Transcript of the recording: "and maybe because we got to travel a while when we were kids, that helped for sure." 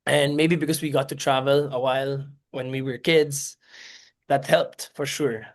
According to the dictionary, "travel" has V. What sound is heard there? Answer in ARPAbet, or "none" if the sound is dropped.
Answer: V